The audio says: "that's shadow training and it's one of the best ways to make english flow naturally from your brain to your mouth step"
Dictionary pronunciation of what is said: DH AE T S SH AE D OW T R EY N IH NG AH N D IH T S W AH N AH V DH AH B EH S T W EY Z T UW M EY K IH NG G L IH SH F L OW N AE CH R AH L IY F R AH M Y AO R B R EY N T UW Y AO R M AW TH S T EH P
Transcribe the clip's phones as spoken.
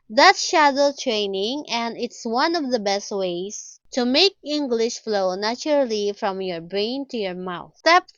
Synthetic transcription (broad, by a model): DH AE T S SH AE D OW T R EY N IH NG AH N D IH T S W AH N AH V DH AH B EH S T W EY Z T UW M EY K IH NG G L IH SH F L OW N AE CH R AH L IY F R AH M Y AO R B R EY N T UW Y AO R M AW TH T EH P